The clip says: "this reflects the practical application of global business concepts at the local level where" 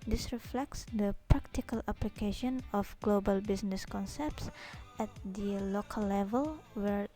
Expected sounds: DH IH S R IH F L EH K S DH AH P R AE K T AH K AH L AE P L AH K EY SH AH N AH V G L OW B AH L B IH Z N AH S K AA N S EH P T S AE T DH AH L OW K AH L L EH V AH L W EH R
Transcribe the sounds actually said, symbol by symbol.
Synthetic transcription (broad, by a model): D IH S R IH F L EH K S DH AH P R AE K T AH K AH L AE P L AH K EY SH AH N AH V G L OW B AH L B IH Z N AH S K AA N S EH P T S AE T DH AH L OW K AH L L EH V AH L W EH R